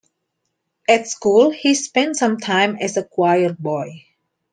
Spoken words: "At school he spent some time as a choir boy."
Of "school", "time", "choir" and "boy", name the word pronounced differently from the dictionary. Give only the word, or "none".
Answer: none